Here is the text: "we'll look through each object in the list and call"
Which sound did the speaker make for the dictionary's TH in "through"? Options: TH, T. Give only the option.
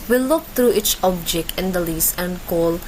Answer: T